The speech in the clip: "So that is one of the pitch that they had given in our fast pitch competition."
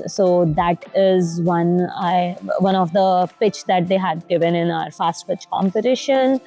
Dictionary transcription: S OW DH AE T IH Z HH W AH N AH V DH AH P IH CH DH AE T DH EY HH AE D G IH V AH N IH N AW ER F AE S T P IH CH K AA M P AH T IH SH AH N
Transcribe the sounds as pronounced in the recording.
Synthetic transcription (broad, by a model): S OW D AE T IH Z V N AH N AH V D AH P IH CH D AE T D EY HH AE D G IH V AH N IH N AW ER F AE S T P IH CH K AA M P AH T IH SH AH N